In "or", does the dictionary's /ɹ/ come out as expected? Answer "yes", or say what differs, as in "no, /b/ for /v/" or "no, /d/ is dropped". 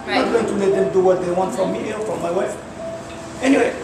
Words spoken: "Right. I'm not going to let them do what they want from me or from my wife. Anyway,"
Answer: no, /l/ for /ɹ/